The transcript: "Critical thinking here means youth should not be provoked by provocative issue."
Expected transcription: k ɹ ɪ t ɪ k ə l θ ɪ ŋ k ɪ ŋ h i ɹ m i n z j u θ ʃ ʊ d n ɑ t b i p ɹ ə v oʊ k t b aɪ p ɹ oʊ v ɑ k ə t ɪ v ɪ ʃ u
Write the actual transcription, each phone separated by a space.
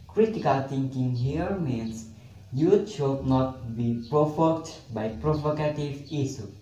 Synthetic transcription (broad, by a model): k ɹ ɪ t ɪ k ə l t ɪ ŋ k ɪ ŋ h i ɹ m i n s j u t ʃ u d n ɑ t b i p ɹ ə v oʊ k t b aɪ p ɹ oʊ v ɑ k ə t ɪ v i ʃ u